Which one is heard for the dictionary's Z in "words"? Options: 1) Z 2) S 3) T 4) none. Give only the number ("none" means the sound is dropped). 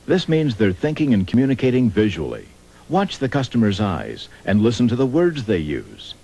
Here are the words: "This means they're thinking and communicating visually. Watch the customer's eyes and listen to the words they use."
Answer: 1